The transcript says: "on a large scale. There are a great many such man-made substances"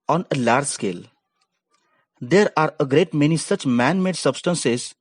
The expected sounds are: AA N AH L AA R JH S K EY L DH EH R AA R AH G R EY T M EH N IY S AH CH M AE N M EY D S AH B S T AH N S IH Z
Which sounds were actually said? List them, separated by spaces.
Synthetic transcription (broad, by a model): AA N AH L AA R JH S K EY L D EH R AA R AH G R EY T M EH N IY S AH CH M AE N M EY D S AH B S T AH N S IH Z